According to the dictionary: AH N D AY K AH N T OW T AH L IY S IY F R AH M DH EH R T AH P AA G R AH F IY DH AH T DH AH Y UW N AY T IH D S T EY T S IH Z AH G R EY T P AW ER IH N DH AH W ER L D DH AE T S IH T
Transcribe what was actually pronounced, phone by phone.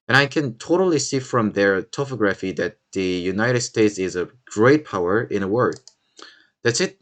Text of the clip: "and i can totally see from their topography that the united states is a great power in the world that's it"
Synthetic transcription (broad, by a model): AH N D AY K AH N T OW T AH L IY S IY F R AH M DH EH R T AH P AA G R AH F IY DH AH T DH AH Y UW N AY T IH D S T EY T S IH Z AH G R EY T P AW ER IH N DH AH W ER D DH AE T S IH T